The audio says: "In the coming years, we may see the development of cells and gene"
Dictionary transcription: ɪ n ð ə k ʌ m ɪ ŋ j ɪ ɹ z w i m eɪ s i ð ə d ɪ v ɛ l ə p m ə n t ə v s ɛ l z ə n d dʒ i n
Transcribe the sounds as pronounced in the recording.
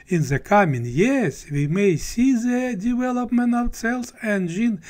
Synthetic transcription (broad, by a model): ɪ n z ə k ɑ m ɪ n j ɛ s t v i m eɪ s i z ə d ɪ v ɛ l ə p m ə n t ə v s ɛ l s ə n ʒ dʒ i n